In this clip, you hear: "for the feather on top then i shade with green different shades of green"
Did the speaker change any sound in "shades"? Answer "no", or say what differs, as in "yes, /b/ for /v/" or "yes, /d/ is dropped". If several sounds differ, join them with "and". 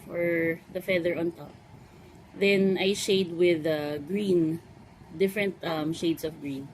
yes, /s/ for /z/